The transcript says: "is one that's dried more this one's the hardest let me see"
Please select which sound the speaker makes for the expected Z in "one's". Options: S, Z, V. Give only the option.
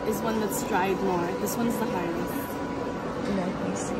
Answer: Z